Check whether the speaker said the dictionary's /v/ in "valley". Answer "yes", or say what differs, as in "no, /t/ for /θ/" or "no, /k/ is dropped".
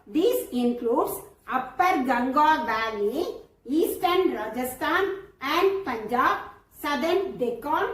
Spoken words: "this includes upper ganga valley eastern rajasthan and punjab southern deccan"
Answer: no, /b/ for /v/